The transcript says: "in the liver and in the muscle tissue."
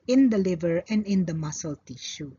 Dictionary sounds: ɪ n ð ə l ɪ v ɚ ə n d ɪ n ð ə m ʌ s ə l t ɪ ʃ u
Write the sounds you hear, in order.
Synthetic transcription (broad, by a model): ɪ n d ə l ɪ v ɚ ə n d ɪ n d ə m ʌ s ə l t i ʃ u